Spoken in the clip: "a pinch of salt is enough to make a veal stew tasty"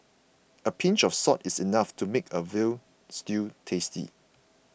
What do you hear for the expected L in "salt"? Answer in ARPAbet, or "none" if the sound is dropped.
none